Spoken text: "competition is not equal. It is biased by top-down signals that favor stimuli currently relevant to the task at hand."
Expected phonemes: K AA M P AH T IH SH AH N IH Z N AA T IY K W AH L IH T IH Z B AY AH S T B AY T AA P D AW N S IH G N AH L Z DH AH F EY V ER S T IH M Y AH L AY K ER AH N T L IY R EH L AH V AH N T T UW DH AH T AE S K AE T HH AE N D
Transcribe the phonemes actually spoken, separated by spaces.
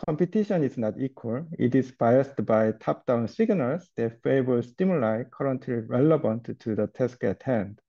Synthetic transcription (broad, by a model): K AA M P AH T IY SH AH N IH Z N AA T IY K W AH L IH T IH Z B AY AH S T B AY T AA P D AW N S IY G N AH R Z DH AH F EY B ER S T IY M Y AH L AY K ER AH N T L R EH L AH B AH N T T UW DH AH T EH S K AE T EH N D